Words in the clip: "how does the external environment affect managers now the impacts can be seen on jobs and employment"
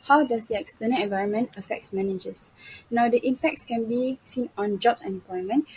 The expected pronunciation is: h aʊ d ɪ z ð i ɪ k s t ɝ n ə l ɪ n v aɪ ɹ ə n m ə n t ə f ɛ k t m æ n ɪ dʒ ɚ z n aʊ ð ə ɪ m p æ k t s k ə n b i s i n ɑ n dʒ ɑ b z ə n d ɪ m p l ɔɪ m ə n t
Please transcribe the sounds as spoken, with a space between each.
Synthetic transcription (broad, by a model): h aʊ d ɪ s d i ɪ k s t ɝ n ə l ɪ n v aɪ ɹ ə n m ə n t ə f ɛ k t m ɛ n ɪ dʒ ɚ s n aʊ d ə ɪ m p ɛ k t s k ə n b i s i n ɑ n dʒ ɑ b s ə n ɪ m p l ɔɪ m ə n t